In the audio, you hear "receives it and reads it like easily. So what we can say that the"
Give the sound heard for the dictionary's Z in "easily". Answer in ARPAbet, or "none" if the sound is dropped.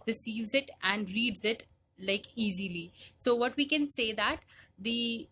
Z